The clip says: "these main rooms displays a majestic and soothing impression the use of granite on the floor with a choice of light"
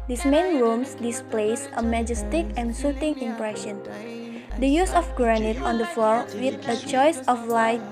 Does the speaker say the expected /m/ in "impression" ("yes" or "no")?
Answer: yes